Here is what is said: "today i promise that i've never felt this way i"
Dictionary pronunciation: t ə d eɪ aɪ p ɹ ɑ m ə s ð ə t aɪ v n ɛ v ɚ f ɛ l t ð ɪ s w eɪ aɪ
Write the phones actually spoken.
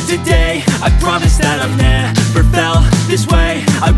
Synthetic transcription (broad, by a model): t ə d eɪ aɪ p ɹ ɑ m ə s ð ə t aɪ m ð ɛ f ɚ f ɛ l ð ɪ s w eɪ aɪ